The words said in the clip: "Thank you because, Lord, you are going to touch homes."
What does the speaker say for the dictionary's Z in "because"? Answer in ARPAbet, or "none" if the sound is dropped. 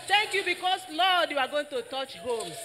S